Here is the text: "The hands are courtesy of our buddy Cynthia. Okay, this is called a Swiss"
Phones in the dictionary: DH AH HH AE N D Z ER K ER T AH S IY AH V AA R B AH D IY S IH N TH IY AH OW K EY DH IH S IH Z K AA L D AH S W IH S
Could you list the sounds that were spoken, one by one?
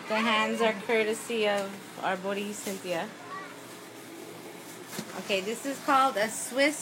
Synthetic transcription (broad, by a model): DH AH HH AE N D Z ER K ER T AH S IY AH V AA R B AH D IY S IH N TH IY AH OW K EY DH IH S IH Z K AA L D AH S W IH S